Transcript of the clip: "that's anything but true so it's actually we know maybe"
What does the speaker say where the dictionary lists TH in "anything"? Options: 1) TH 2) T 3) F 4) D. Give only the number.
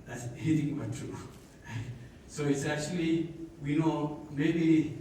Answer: 2